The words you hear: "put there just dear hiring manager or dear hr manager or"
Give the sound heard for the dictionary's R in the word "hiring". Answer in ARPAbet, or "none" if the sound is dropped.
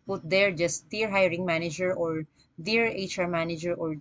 R